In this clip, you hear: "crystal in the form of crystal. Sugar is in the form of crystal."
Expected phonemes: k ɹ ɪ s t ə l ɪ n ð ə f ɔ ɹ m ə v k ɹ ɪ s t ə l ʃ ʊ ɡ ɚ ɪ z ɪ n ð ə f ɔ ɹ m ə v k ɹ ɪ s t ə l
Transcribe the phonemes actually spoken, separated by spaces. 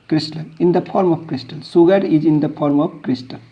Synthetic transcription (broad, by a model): k ɹ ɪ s t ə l ɪ n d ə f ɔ ɹ m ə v k ɹ ɪ s t ə l s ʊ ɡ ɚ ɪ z ɪ n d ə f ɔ ɹ m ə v k ɹ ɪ s t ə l